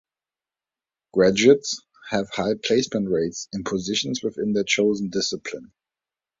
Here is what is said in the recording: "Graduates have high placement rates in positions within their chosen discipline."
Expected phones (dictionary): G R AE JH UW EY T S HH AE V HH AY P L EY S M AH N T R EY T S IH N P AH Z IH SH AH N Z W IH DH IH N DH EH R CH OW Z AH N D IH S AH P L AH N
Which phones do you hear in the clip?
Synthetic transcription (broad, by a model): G R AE JH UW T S HH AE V HH AY P L EY S M AH N T R EY T S IH N P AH Z IH SH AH N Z W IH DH IH N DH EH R CH OW Z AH N D IH S AH P L AH N